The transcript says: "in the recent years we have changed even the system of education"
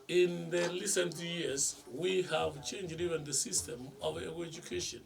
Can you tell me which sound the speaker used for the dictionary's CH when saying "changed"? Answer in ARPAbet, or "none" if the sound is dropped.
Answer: CH